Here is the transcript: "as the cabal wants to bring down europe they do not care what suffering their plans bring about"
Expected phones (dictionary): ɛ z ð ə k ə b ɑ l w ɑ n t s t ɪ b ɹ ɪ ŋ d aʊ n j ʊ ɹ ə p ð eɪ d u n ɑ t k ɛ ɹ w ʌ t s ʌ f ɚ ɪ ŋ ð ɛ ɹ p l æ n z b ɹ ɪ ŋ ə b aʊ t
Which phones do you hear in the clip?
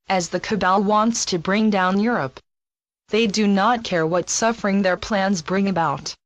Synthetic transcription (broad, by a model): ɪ z ð ə k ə b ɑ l w ɑ n t s t ɪ b ɹ ɪ ŋ d aʊ n j ʊ ɹ ə p ð eɪ d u n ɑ t k ɛ ɹ w ʌ t s ʌ f ɚ ɪ ŋ ð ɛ ɹ p l æ n z b ɹ ɪ ŋ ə b aʊ t